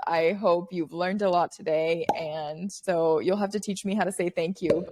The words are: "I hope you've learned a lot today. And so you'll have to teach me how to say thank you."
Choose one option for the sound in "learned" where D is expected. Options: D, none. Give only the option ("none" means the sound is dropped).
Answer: D